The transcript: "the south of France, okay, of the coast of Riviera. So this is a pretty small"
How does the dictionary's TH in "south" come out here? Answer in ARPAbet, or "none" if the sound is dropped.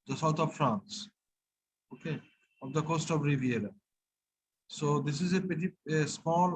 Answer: T